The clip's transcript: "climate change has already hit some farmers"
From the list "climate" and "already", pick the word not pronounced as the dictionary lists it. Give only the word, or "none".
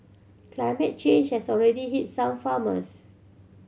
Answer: none